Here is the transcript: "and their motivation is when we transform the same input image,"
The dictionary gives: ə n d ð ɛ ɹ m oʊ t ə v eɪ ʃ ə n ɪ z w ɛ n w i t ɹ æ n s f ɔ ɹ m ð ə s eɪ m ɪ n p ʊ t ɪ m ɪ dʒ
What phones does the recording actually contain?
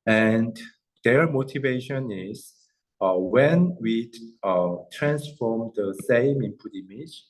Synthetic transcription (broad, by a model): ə n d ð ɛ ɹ m oʊ t ə v eɪ ʃ ə n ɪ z w ɛ n w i t ɹ æ n s f ɔ ɹ m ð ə s eɪ m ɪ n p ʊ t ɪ m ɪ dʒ